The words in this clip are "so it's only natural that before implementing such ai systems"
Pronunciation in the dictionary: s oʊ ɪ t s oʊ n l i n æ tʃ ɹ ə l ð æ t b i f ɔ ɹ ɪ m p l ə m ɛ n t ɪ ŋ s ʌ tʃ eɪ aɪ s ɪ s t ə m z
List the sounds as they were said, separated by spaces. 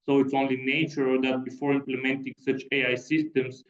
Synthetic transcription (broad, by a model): s oʊ ɪ t s oʊ n l i n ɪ tʃ ə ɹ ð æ t b i f ɔ ɹ ɪ m p l ə m ɛ n t ɪ ŋ s ʌ tʃ eɪ aɪ s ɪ s t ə m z